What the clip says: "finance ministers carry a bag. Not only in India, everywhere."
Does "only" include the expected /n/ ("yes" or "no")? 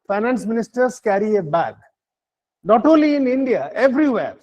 no